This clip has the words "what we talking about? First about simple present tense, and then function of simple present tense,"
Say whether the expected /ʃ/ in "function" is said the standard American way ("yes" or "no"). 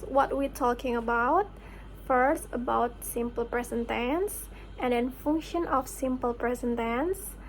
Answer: yes